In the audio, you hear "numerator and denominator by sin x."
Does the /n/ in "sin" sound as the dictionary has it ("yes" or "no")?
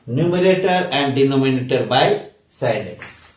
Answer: no